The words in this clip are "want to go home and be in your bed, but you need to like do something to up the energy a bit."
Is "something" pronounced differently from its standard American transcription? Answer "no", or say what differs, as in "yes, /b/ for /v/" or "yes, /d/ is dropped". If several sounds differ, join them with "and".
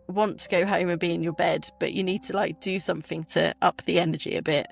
no